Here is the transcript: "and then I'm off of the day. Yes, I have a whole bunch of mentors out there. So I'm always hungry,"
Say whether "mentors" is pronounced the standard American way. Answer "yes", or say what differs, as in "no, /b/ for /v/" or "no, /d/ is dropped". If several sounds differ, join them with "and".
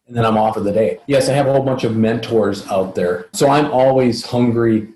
yes